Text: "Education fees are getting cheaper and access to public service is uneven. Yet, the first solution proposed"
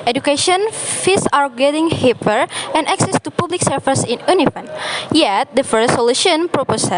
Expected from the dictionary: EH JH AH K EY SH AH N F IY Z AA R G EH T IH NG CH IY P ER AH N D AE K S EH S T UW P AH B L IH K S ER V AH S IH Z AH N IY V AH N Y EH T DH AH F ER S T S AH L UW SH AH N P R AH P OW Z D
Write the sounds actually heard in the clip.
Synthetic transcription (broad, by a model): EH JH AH K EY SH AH N F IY S AA R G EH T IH NG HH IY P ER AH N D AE K S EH S T UW P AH B L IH K S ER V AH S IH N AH N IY F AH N Y EH T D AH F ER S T S AH L UW SH AH N P R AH P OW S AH